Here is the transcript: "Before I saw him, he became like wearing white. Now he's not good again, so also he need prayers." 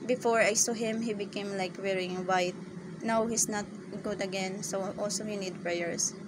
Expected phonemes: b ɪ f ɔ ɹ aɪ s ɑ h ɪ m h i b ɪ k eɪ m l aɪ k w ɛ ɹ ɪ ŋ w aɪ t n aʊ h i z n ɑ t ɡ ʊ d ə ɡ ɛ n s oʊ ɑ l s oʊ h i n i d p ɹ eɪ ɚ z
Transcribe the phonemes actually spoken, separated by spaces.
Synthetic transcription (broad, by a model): b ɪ f ɔ ɹ aɪ s ɑ h ɪ m h i b ɪ k eɪ m l aɪ k w ɛ ɹ ɪ ŋ w aɪ t n aʊ h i s n ɑ t ɡ ʊ d ə ɡ ɛ n s oʊ ɑ l s oʊ h i n i d p ɹ eɪ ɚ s